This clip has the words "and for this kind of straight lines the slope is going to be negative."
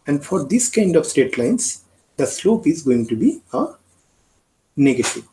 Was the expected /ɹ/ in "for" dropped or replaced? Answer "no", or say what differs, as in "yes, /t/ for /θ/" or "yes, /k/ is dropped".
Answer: no